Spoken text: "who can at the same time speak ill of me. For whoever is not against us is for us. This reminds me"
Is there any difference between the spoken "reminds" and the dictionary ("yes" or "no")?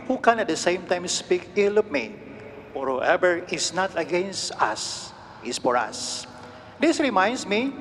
yes